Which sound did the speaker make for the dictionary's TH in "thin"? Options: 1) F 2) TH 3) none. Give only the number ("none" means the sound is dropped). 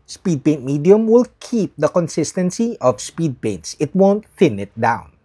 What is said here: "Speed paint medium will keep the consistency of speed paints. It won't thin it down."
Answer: 1